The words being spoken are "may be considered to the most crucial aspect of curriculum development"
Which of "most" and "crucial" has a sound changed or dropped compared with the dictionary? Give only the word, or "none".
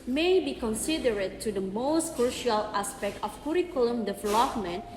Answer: none